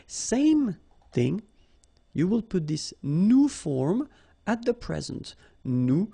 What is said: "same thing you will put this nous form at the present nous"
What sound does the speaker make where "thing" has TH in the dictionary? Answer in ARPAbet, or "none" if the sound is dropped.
TH